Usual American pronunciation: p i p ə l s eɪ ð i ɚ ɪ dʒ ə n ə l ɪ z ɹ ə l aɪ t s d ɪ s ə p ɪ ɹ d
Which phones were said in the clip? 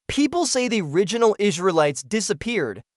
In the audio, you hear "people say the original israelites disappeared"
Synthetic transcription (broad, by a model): p i p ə l s eɪ ð i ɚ ɪ dʒ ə n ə l ɪ z ɹ ə l aɪ t s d ɪ s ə p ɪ ɹ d